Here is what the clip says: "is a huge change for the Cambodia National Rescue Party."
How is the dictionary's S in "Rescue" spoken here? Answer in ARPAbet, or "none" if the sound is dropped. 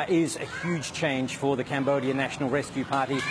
S